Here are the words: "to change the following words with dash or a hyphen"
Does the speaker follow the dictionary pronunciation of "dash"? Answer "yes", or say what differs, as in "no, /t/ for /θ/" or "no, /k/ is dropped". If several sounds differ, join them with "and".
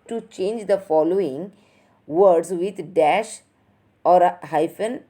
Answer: yes